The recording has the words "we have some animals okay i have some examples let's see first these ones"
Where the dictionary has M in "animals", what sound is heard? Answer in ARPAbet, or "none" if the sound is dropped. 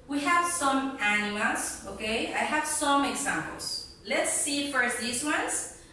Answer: none